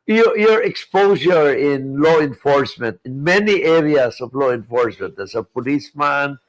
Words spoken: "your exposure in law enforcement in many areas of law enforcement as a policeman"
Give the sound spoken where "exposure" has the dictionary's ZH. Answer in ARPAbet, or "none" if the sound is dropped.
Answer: S